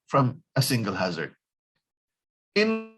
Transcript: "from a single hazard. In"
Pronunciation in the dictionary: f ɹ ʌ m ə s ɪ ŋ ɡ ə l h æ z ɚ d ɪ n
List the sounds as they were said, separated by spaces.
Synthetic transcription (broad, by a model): f ɹ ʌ m ə s ɪ ŋ ɡ ə l h æ z ɚ d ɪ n